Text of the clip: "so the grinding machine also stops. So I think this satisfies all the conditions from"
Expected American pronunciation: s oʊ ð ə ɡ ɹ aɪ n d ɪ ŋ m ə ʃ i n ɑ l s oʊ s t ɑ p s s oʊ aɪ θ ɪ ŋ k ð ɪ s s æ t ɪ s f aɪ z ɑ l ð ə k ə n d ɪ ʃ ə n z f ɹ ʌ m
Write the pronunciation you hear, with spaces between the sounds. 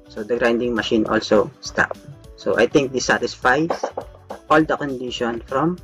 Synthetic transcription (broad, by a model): s oʊ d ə ɡ ɹ aɪ n d ɪ ŋ m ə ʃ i n ɑ l s oʊ s t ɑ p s s oʊ aɪ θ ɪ ŋ k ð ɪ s s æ t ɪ s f aɪ s ɑ l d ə k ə n d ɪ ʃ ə n f ɹ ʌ m